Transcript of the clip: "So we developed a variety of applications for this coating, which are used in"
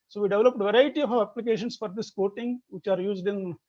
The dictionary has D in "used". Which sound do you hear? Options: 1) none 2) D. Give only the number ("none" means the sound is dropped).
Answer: 2